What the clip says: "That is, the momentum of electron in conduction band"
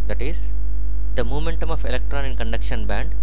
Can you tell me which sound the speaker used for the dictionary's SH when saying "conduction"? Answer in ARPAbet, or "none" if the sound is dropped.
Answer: SH